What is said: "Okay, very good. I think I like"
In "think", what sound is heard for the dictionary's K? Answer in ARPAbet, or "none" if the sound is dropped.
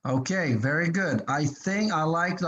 K